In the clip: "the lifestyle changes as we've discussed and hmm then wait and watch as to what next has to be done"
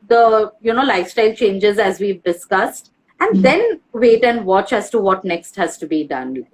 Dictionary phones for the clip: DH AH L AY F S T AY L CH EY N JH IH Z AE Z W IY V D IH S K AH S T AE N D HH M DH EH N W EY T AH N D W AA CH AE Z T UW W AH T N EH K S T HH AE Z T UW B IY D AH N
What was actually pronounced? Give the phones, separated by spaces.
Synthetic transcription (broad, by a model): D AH L AY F S T AY L CH EY N JH IH Z AE Z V IY V D IH S K AH S T AE N D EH N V EY T AH N D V AA CH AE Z T UW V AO T N EH K S T HH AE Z T UW B IY D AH N